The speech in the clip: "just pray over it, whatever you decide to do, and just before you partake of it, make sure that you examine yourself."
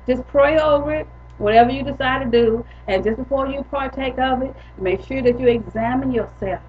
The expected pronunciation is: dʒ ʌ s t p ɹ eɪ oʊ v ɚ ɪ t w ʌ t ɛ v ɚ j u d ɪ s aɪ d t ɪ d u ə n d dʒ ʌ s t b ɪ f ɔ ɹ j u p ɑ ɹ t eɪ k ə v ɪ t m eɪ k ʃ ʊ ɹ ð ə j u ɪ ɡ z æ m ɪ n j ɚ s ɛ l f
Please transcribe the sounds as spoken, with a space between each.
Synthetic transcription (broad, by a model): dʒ ʌ s p ɹ eɪ oʊ v ɚ ɪ t w ʌ t ɛ v ɚ j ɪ d ɪ s aɪ d t ɪ d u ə n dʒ ʌ s b ɪ f ɔ ɹ j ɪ p ɑ ɹ t eɪ k ə v ɪ t m eɪ k ʃ ʊ ɹ ð ə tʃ ɪ ɡ z æ m ɪ n j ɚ s ɛ l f